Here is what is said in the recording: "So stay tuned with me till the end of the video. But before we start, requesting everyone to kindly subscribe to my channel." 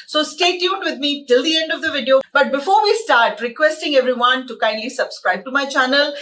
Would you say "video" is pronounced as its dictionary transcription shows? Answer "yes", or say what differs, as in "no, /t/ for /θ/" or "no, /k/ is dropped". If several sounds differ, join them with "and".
yes